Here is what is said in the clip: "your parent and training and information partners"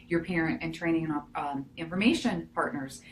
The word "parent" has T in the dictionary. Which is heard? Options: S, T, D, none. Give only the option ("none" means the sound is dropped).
T